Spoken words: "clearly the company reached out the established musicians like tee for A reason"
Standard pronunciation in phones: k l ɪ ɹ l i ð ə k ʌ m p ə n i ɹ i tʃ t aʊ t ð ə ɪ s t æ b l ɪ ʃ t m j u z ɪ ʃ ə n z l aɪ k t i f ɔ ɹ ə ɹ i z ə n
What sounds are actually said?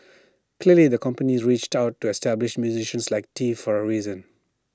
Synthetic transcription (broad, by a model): k l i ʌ l i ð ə k ʌ m p ə n i ɹ i tʃ t aʊ t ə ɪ s t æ b l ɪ ʃ m j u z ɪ ʃ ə n s l aɪ k t i f ɔ ɹ ə ɹ i z ə n